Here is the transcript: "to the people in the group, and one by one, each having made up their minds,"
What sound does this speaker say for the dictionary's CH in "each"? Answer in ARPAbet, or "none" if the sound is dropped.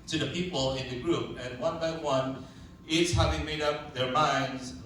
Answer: S